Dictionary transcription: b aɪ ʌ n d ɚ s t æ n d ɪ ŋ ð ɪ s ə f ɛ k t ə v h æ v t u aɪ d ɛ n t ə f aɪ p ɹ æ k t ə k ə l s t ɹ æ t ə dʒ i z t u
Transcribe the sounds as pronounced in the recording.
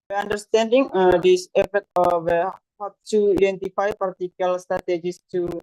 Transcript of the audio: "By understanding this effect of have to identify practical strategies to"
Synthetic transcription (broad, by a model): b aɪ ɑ n d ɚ s t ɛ n d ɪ ŋ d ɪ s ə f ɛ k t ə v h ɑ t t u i d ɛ n t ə f aɪ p ɑ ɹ t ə k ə l s t ɹ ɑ t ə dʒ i s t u